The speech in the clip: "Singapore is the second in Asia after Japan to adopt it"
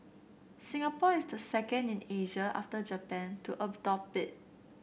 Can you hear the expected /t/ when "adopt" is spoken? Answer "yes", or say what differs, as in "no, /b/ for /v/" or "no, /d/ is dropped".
no, /t/ is dropped